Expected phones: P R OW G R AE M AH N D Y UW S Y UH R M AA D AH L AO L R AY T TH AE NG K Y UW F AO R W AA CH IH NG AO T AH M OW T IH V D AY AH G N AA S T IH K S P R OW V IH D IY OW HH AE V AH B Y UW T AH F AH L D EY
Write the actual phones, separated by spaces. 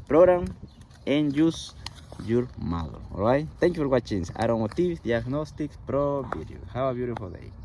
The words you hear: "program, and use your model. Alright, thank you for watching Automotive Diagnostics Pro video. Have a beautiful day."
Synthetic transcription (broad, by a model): P R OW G R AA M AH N Y UW S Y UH R M AA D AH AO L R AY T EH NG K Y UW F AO R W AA CH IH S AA T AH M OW T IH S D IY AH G N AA S T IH K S P R OW B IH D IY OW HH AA W AH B Y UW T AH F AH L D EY